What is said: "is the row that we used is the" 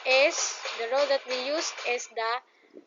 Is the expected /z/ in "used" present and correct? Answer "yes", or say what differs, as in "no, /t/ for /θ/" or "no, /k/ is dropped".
no, /s/ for /z/